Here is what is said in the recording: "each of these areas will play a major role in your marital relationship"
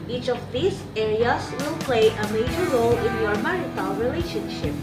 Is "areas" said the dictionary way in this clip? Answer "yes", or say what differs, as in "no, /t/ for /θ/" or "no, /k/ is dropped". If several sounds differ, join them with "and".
no, /s/ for /z/